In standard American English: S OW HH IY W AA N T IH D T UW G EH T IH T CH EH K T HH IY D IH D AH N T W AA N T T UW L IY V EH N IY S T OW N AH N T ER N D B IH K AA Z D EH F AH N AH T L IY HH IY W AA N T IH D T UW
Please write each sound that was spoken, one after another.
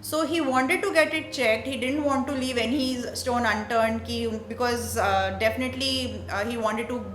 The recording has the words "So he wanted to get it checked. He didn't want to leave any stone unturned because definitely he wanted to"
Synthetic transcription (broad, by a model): S OW HH IY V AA N T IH D T UW G EH T IH T CH EH K T HH IY D IH D AH N T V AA N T T UW L IY V EH N IY S T OW N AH N T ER N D B IH K AA Z D EH F AH N AH T L IY HH IY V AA N T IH D T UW